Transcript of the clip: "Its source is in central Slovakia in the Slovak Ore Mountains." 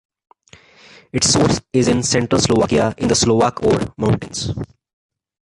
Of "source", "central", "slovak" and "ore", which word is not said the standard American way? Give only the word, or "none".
none